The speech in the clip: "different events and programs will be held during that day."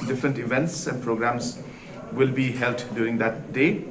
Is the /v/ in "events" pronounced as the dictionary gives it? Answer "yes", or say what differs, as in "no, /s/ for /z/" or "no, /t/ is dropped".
yes